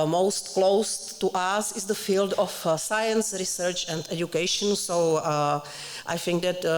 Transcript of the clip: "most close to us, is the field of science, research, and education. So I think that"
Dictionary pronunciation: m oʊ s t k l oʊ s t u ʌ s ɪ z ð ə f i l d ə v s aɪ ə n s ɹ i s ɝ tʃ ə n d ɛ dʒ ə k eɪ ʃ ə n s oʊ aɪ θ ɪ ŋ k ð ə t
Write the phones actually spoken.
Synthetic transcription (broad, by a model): m oʊ s t k l oʊ s t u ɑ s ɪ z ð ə f i l d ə f s aɪ ə n s ɹ i s ɝ tʃ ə n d ɛ dʒ ə k eɪ ʃ ə n s oʊ aɪ θ ɪ ŋ k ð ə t